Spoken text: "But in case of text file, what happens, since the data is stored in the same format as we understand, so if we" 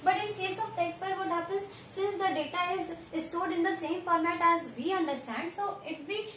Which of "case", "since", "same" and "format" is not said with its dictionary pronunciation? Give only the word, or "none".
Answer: none